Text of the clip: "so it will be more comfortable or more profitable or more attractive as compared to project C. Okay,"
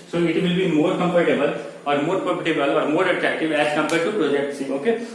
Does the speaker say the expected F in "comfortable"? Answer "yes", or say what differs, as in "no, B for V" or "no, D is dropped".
no, P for F